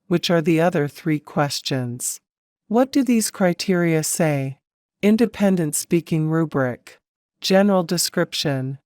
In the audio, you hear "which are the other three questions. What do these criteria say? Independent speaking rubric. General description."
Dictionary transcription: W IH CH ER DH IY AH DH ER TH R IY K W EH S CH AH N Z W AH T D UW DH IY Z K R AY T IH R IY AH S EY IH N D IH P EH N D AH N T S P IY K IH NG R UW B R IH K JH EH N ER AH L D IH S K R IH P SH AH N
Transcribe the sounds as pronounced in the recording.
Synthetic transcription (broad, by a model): W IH CH ER DH IY AH DH ER TH R IY K W EH S CH AH N Z W AH T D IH DH IY Z K R AY T IH R IY AH S EY IH N D IH P EH N D AH N T S P IY K IH NG R UW B R IH K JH EH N ER L D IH S K R IH P SH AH N